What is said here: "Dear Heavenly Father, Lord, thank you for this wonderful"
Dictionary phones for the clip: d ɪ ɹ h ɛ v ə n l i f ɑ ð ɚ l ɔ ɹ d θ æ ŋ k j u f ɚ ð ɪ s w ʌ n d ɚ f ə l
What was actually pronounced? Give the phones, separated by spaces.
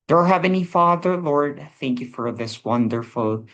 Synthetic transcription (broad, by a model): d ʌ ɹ h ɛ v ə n i f ɑ ð ɚ l ɔ ɹ d θ æ ŋ k j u f ɚ ð ɪ s w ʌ n d ɚ f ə l